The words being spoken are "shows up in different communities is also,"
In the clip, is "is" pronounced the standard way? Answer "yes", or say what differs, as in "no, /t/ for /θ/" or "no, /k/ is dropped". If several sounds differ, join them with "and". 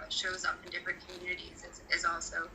yes